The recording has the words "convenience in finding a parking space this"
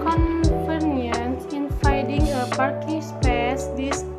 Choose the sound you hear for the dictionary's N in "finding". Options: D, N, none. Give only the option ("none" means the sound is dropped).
none